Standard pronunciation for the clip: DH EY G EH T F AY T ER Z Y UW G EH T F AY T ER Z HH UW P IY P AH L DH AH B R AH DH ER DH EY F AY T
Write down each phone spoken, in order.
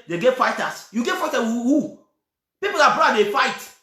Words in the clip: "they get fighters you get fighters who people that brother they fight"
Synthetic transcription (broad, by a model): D EY G EH T F AY T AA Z Y UW G EH T F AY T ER HH UW P IY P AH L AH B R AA AA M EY F AY T